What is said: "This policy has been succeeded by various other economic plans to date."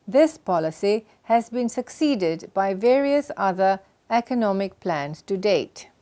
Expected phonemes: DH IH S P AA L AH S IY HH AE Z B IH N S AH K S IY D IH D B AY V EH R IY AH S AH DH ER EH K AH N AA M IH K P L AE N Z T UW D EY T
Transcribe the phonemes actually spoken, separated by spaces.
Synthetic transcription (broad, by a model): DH IH S P AA L AH S IY HH AE Z B IH N S AH K S IY D IH D B AY V EH R IY AH S AH DH ER EH K AH N AA M IH K P L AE N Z T UW D EY T